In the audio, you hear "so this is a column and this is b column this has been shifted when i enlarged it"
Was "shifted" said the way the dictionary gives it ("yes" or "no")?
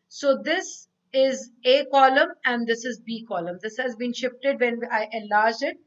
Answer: yes